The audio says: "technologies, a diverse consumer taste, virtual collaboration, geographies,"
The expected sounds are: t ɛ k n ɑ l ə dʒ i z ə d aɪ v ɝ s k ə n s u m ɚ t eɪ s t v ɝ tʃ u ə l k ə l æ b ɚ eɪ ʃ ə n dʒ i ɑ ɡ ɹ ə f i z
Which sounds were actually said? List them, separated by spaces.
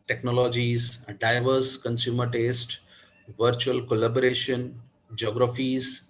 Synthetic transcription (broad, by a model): t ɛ k n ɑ l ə dʒ i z d aɪ v ɝ s k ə n s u m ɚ t eɪ s t v ɝ tʃ u ə l k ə l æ b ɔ eɪ ʃ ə n dʒ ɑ ɡ ɹ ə f i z